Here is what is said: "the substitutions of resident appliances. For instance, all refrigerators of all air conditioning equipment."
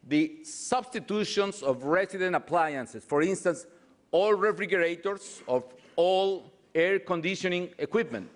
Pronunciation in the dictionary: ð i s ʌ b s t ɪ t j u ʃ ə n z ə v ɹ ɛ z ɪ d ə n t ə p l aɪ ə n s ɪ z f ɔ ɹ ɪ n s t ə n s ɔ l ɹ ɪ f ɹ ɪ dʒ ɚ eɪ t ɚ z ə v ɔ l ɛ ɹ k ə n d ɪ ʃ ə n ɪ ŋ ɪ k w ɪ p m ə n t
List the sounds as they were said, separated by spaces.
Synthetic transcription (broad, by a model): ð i s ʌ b s t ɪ t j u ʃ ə n s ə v ɹ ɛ s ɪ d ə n t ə p l aɪ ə n s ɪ s f ɔ ɹ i n s t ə n s ɔ l ɹ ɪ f ɹ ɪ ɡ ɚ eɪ t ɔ s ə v ɔ l ɛ ɹ k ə n d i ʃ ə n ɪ ŋ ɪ k w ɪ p m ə n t